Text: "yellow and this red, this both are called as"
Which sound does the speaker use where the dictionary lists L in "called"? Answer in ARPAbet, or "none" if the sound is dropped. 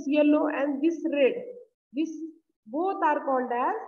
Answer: N